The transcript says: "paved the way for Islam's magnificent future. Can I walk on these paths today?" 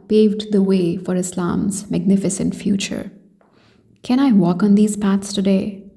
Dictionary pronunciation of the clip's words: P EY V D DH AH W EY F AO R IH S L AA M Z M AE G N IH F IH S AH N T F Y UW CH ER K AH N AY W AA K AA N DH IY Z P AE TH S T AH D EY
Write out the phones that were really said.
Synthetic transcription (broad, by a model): P EY V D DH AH W EY F AO R IH S L AA M Z M AE G N IH F IH S AH N T F Y UW CH ER K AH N AY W AA K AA N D IY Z P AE T S T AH D EY